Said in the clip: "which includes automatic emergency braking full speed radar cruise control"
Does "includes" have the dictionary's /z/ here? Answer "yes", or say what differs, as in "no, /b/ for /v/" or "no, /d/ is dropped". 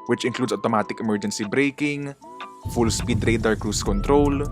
no, /s/ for /z/